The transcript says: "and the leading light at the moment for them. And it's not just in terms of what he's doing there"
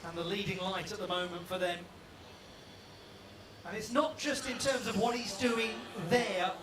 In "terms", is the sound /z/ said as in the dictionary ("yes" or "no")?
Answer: yes